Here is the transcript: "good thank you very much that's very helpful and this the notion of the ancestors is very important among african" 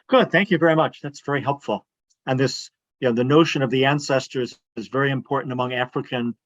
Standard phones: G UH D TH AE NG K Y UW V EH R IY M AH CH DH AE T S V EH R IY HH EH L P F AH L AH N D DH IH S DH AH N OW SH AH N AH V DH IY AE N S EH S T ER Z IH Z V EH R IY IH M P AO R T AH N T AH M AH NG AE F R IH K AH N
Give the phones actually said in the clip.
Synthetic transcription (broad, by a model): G UH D TH AE NG K Y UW V EH R IY M AH CH DH AE T S V EH R IY HH EH L P F L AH N DH IH S DH AH N OW SH AH N AH V DH IY AE N S EH S T ER Z IH Z V EH R IY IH M P AO R T N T AH M AH NG AE F R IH K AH N